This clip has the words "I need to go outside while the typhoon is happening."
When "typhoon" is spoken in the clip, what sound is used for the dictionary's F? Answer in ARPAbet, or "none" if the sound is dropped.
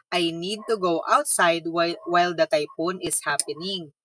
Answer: P